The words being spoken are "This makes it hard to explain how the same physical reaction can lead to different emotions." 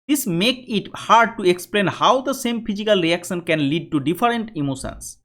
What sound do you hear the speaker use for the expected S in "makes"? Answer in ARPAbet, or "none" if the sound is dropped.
none